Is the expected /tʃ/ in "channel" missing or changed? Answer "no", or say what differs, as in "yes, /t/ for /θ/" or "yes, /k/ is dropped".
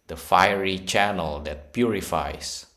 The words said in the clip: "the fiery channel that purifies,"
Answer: no